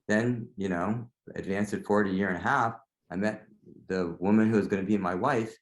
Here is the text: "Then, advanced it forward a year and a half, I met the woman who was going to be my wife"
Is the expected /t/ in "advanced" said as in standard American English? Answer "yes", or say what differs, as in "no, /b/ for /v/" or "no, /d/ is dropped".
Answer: no, /t/ is dropped